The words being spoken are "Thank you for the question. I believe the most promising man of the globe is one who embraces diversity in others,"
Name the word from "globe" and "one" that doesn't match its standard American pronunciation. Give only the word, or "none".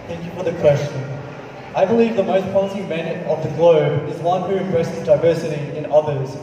none